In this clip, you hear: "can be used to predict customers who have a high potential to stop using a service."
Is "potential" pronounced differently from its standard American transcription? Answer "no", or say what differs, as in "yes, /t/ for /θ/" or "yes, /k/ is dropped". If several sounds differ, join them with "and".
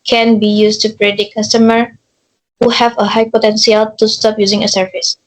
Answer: yes, /s/ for /ʃ/